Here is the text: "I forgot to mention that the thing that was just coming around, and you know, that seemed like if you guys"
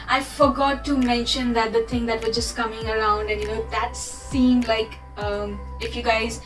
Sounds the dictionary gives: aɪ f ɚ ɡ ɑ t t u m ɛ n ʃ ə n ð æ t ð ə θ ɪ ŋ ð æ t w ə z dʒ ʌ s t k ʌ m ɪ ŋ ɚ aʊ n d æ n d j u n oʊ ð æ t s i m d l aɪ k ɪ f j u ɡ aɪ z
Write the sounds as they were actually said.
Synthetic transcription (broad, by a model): aɪ f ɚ ɡ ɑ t t u m ɛ n ʃ ə n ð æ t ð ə t ɪ ŋ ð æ t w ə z dʒ ʌ s t k ʌ m ɪ ŋ ɚ aʊ n d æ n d j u n oʊ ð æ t s i m d l aɪ k ɪ f j u ɡ aɪ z